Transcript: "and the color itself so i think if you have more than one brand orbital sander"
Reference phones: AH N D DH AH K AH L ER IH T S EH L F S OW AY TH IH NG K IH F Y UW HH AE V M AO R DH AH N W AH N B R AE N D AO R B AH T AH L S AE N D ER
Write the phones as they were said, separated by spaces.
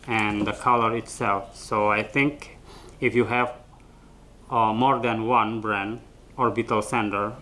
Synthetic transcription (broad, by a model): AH N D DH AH K AH L ER IH T S EH L F S OW AY TH IH NG K IH F Y UW HH AE V M AO R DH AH N W AH N B R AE N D AO R B AH T AH L S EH N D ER